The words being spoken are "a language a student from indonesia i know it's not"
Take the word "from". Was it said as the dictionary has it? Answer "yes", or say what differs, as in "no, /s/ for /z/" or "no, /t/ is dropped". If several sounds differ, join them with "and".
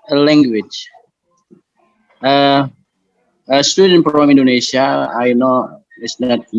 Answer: no, /p/ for /f/